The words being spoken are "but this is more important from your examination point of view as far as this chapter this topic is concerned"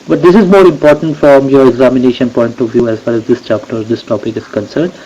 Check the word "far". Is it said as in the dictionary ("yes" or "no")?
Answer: no